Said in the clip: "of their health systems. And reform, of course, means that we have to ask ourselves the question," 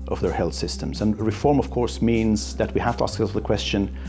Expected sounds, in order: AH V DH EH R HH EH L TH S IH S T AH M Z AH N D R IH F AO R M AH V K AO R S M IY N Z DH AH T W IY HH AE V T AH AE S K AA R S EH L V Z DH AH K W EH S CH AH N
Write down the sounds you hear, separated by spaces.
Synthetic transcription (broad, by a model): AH V DH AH R HH EH L TH S IH S T AH M Z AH N R IH F AO R M AH V K AO R S M IY N Z DH AH T W IY HH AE F T AH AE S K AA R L DH AH K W EH S CH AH N